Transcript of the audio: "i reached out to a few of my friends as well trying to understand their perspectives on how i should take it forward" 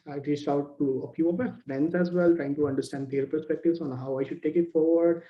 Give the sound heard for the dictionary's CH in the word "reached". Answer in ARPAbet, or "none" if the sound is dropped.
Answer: S